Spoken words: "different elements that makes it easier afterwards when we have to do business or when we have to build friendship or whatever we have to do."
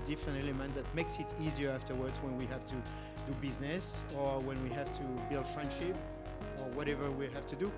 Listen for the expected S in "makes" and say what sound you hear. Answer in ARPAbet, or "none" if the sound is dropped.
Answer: S